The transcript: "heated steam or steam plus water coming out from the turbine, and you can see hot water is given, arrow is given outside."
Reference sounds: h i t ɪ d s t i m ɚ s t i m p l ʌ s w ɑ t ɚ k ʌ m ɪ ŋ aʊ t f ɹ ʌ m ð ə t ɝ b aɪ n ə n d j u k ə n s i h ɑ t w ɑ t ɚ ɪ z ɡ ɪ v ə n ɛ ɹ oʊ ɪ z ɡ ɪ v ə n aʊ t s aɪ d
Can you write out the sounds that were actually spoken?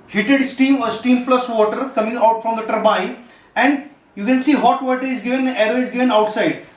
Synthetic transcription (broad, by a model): h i t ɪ d s t i m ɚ s t i m p l ʌ s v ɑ t ɚ k ʌ m ɪ ŋ aʊ t f ɹ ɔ m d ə t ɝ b aɪ ə n d j u k ə n s i h ɑ t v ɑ t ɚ ɪ z ɡ ɪ v ə n ɛ ɹ oʊ ɪ z ɡ ɪ v ə n aʊ t s aɪ d